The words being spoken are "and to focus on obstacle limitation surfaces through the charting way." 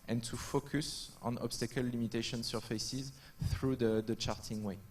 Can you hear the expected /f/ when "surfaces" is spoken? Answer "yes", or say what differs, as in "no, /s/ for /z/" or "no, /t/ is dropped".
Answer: yes